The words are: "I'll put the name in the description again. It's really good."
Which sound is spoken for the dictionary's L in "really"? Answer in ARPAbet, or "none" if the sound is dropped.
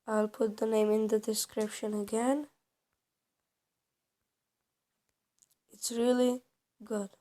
L